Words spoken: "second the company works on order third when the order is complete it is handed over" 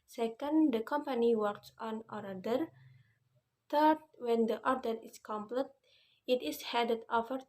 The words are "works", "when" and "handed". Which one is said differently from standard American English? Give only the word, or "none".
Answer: handed